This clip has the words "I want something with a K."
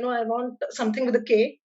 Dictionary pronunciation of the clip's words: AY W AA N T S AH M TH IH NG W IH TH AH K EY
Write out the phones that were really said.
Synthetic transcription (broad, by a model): AY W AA N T S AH M T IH NG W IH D AH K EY